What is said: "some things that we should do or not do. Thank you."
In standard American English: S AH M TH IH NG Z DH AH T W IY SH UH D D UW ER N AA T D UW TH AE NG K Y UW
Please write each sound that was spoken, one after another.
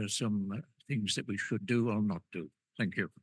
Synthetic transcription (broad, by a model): S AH M TH IH NG Z DH AH T W IY SH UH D D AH ER N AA T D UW TH AE NG K Y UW